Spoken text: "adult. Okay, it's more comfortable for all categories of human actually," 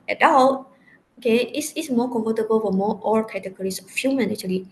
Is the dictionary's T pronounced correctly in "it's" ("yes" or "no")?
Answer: no